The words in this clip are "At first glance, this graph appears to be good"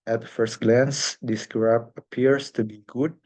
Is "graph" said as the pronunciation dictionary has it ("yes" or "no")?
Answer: no